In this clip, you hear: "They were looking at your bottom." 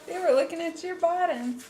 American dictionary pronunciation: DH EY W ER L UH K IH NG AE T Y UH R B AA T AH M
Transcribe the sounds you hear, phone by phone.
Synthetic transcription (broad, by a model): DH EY W ER L UH K IH NG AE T Y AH R B AA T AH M